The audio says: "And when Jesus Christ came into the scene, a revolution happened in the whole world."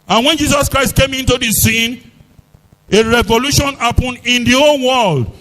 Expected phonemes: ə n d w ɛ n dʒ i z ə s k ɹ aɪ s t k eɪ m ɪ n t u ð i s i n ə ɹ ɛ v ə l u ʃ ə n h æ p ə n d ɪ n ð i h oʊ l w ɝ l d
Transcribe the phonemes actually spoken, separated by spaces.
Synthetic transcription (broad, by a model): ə n w ɛ n dʒ i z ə s k ɹ aɪ s t k eɪ m ɪ n t u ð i s i n ə ɹ ɛ v ə l u ʃ ə n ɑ p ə n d ɪ n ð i oʊ n w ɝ l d